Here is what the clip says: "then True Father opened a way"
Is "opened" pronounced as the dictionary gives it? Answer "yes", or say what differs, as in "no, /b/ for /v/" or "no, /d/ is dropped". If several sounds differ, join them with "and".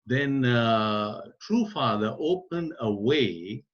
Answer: yes